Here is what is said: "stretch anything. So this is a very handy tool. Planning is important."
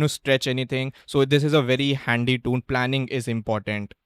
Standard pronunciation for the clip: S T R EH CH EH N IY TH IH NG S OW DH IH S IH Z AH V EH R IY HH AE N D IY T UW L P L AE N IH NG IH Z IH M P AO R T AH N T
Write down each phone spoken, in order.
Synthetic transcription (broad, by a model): S T R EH CH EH N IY T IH NG S OW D IH S IH Z AH V EH R IY HH AE N D IY T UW N P L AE N IH NG IH Z IH M P AO R T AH N T